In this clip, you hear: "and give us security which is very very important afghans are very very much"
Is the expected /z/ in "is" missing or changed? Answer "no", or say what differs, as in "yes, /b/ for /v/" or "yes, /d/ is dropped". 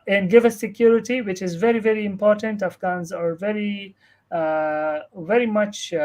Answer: no